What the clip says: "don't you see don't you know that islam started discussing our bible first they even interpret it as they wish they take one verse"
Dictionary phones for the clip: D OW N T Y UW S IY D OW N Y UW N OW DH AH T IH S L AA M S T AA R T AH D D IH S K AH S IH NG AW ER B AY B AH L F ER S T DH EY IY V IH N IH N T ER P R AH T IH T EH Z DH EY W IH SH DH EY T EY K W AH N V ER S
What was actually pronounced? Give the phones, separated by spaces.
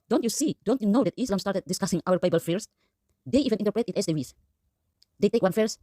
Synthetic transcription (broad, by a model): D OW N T Y UW S IY D OW N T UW N OW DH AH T IH S L AA M S T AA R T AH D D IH S K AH S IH NG AW ER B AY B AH L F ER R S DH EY IY V IH N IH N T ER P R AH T IH T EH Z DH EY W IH S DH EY T EY K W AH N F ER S